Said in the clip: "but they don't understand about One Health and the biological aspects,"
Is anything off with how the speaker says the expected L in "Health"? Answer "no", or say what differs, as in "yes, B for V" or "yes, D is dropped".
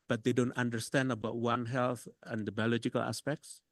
no